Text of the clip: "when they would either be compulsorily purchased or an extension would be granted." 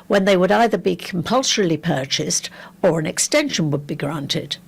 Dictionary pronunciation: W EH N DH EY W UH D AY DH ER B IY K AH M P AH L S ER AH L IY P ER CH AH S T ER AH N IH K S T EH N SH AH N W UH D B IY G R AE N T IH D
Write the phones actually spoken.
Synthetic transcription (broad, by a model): W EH N DH EY W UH D AY DH ER B IY K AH M P AH L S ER L IY P ER CH AH S T ER AH N IH K S T EH N SH AH N W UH D B IY G R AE N T IH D